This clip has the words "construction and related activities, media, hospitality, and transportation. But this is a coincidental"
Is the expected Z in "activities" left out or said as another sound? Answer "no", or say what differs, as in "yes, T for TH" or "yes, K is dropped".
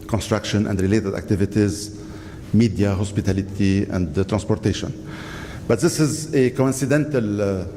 no